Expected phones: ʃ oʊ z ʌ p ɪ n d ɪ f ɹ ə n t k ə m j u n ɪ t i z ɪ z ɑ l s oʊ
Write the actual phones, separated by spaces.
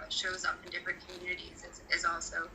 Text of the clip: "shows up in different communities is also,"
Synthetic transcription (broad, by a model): ʃ oʊ z ʌ p ɪ n d ɪ f ɹ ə n k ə m j u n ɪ t i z ɪ z ɑ l s oʊ